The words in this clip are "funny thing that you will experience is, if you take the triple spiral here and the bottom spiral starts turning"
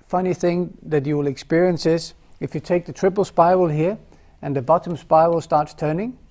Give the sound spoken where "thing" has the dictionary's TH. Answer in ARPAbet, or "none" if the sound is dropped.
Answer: TH